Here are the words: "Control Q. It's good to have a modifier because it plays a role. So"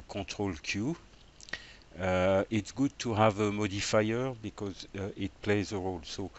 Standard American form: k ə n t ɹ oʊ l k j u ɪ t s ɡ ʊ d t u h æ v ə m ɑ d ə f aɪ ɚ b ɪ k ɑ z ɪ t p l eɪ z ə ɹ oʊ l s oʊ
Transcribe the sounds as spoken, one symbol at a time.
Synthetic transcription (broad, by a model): k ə t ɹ oʊ l k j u ɪ t s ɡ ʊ d t u h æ v ə m ɑ d ə f aɪ ɚ b ɪ k ɑ z ɪ t p l eɪ z ə ɹ oʊ l s oʊ